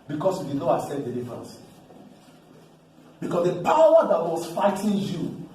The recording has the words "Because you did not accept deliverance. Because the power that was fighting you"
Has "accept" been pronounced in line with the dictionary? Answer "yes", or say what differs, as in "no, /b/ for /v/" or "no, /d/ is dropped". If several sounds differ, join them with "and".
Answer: no, /k/ is dropped